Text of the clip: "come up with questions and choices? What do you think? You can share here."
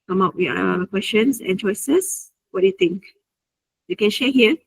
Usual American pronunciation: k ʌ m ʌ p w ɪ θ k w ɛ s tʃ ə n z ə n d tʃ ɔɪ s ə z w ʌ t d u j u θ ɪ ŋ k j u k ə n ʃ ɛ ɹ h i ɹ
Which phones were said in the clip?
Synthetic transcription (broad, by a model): k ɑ m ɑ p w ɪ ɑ k w ɛ s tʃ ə n s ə n tʃ ɔɪ s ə s w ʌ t d u j u t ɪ ŋ k j u k ə n ʃ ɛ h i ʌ